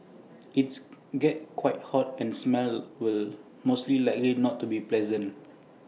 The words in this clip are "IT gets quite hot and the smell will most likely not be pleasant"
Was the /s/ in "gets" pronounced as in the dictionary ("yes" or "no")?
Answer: no